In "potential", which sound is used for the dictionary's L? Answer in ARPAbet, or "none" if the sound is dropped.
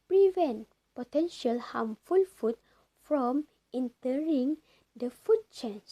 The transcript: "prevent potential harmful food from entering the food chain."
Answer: L